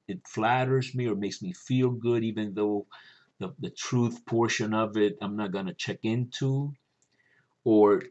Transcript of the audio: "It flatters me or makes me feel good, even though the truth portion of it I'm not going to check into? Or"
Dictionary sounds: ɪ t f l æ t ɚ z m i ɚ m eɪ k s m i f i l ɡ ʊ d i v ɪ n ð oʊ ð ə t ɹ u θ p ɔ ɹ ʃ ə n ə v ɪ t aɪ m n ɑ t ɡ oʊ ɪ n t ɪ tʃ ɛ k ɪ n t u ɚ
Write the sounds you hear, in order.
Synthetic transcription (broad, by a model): ɪ t f l æ t ɚ z m i ɚ m eɪ k s m i f i l ɡ ʊ d i v ɪ n ð oʊ ð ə t ɹ u θ p ɔ ɹ ʃ ə n ə v ɪ t aɪ m n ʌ t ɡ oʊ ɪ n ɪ tʃ ɛ k ɪ n t u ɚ